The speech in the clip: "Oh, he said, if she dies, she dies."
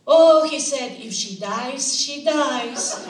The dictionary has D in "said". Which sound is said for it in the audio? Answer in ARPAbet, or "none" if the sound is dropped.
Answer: D